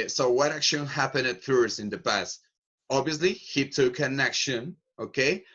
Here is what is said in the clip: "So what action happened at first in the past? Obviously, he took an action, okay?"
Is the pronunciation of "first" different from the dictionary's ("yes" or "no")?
yes